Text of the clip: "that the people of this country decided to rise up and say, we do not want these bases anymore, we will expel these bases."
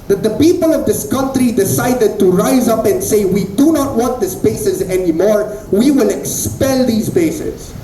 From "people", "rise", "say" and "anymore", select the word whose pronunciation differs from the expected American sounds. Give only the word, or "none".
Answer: none